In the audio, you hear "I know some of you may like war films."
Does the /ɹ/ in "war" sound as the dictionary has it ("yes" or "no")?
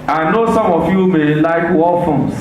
no